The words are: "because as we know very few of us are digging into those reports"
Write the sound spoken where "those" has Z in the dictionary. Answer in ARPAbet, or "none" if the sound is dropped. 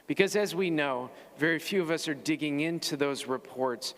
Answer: Z